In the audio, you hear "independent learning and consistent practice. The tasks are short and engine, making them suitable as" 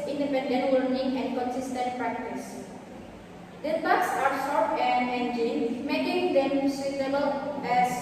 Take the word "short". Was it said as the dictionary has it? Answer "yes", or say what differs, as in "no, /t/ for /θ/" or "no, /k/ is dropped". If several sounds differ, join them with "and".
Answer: no, /s/ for /ʃ/